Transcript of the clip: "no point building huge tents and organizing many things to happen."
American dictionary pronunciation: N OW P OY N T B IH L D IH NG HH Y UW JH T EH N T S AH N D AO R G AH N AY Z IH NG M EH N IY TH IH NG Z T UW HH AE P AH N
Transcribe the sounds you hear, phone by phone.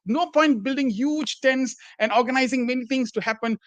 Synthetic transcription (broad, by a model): N OW P OY N T B IH L D IH NG HH Y UW JH T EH N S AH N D AO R G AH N AY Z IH NG M EH N IY T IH NG S T UW HH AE P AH N